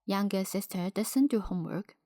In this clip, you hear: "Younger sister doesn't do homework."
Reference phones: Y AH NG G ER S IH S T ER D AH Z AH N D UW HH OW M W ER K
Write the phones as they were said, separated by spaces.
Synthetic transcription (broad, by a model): Y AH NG G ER S IH S T ER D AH S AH N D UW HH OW M W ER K